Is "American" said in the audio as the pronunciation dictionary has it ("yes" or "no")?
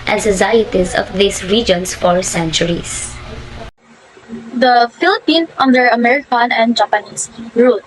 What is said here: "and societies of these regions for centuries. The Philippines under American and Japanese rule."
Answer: yes